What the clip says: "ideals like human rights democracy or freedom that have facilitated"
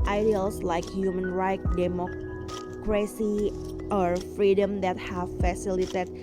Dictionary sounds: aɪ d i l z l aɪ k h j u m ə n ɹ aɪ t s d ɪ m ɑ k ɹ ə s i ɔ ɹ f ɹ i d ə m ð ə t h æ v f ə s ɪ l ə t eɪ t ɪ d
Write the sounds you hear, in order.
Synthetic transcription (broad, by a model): aɪ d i l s l aɪ k h j u m ə n ɹ aɪ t d ɪ m ɑ k ɹ ə s i ɔ ɹ f ɹ i d ə m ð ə t h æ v f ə s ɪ l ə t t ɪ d